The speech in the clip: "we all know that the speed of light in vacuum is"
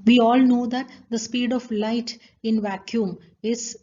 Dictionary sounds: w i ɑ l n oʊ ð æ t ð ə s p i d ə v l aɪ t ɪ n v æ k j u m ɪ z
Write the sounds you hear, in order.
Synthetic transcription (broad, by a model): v i ɑ l n oʊ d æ t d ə s p i d ə v l aɪ t ɪ n v æ k j u m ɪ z